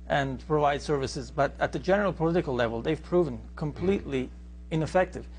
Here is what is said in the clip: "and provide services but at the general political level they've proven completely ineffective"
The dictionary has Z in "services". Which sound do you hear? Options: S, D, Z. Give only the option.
Z